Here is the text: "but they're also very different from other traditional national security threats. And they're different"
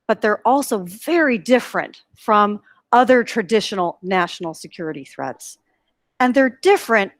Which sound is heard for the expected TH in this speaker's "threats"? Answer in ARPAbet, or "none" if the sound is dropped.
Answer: TH